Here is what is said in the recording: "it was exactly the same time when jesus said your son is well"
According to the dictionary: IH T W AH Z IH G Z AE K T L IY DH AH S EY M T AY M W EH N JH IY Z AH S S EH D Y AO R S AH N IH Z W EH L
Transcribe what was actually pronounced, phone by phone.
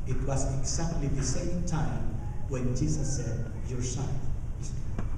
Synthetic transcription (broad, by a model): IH T W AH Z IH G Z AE K T L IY DH AH S EY M T AY M W EH N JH IY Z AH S S EH D Y AO R S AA IH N